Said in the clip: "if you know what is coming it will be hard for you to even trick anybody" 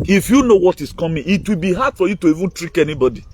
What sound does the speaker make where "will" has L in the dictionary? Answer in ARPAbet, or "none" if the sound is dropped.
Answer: L